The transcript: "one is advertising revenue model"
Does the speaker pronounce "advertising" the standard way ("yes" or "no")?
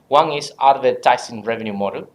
no